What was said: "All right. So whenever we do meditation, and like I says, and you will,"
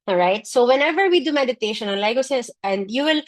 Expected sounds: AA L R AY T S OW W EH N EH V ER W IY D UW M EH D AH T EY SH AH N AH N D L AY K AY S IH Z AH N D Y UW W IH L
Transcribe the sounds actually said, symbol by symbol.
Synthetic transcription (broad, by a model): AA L R AY T S OW W EH N EH V ER W IY D UW M EH D AH T EY SH AH N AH N L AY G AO S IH S AH N D Y UW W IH L